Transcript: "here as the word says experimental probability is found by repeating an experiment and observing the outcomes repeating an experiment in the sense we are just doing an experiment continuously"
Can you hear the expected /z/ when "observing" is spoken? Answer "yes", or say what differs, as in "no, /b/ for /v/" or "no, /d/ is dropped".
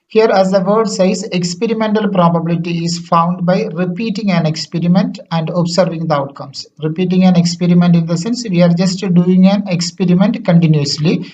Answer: no, /s/ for /z/